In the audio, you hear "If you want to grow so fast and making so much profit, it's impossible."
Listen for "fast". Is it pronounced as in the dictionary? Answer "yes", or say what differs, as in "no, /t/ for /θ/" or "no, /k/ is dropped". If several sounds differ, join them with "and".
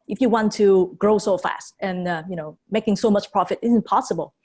yes